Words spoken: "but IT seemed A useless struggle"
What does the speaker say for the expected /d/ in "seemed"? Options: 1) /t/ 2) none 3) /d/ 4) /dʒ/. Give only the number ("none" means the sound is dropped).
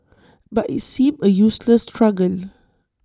2